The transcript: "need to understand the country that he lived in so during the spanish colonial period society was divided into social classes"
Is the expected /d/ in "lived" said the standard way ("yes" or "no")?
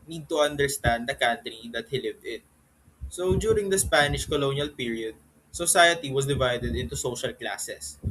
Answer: yes